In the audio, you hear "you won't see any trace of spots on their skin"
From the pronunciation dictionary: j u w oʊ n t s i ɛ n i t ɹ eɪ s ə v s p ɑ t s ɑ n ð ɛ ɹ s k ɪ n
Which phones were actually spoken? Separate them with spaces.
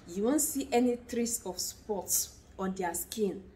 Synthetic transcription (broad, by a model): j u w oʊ n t s i ɛ n i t ɹ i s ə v s p ɑ t s ɑ n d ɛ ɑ s k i n